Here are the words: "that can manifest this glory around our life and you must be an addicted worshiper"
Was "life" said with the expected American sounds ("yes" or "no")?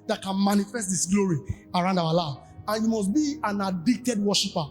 no